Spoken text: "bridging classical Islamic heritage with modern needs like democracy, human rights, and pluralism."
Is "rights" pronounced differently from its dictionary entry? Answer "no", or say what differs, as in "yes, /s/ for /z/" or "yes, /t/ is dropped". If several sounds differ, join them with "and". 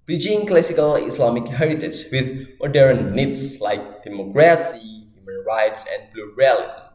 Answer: no